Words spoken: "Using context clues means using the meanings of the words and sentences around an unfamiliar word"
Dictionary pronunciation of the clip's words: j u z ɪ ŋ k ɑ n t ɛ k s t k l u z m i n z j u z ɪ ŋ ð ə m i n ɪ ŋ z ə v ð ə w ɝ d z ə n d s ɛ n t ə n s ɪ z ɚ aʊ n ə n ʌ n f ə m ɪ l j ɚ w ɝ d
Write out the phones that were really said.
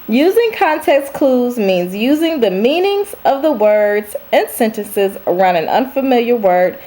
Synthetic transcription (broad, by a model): j u z ɪ ŋ k ɑ n t ɛ k s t k l u z m i n z j u z ɪ ŋ ð ə m i n ɪ ŋ z ə v ð ə w ɝ d z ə n s ɛ n t ə n s ɪ z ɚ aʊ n ə n ʌ n f ə m ɪ l j ɚ w ɝ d